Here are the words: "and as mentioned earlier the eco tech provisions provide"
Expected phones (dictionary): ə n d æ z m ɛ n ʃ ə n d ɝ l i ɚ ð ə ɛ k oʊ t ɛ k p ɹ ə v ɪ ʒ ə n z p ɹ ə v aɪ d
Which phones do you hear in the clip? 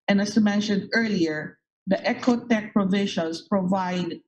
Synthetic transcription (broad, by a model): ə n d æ s m ɛ n ʃ ə n d ɝ l i ɚ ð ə ɛ k oʊ t ɛ k p ɹ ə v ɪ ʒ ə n s p ɹ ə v aɪ d